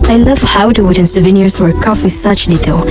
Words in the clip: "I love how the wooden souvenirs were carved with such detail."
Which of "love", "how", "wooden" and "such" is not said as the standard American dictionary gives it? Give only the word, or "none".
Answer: none